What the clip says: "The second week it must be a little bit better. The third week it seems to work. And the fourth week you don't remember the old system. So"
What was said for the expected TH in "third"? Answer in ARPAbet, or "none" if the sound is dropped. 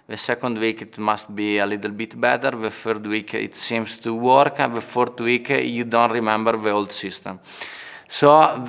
F